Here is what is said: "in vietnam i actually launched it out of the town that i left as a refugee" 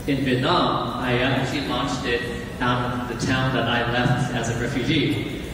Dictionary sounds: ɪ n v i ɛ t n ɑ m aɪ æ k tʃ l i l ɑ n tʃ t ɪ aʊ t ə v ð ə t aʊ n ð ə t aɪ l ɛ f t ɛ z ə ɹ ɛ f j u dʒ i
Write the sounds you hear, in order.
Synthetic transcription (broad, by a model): ɪ n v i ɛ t l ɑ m aɪ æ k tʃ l i l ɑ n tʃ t ɪ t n ð ə t aʊ n ð ə t aɪ l ɛ f t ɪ z ə ɹ ɛ f j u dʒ i